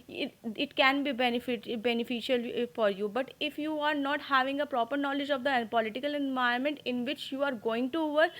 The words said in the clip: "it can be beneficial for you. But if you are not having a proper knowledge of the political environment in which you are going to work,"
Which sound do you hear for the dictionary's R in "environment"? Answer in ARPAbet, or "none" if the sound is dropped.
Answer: none